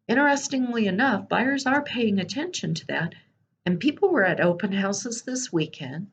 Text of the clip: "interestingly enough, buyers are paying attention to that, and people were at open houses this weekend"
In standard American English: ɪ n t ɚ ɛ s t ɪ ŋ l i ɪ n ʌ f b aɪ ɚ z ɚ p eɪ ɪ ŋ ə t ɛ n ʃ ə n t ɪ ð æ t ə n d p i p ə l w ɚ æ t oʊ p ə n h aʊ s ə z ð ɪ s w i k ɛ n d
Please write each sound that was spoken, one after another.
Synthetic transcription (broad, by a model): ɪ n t ɚ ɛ s t ɪ ŋ l i ɪ n ʌ f b aɪ ɚ z ɚ p eɪ ɪ ŋ ə t ɛ n ʃ ə n t ɪ ð æ t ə n p i p l w ɚ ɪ t oʊ p ə n h aʊ s ə z ð ɪ s w i k ɛ n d